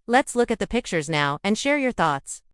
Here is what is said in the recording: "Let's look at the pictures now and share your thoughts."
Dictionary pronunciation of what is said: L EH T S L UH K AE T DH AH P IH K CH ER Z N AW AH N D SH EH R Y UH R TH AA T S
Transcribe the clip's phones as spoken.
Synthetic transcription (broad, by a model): L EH T S L UH K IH T DH AH P IH K CH ER Z N AW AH N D SH EH R Y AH R TH AA T S